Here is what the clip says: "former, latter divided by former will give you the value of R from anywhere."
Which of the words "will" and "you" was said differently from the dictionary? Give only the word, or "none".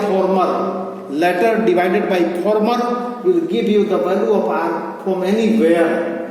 none